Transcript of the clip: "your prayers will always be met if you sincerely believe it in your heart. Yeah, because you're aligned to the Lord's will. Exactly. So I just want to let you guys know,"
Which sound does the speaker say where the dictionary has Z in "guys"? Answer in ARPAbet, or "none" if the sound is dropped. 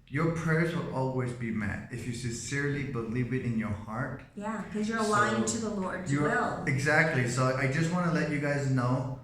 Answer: Z